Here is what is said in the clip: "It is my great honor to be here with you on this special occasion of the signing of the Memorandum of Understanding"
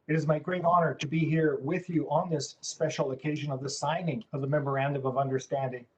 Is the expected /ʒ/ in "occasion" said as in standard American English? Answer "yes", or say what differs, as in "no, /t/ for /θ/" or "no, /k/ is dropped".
yes